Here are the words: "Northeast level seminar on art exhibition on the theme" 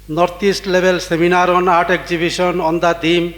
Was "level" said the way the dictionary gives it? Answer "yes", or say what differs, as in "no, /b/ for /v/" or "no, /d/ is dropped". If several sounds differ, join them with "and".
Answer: no, /b/ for /v/